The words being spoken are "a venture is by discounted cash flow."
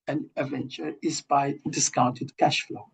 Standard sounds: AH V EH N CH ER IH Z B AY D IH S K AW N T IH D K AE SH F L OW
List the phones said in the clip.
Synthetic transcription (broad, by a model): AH V EH N CH ER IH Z B AY D IH S K AW N T IH D K AE SH F L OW